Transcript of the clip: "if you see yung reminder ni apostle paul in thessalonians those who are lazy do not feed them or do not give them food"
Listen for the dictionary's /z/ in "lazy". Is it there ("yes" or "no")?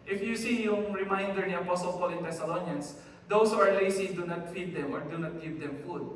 no